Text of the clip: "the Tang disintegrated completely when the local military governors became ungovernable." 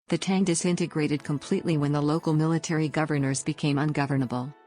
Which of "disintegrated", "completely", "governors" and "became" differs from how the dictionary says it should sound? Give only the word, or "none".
none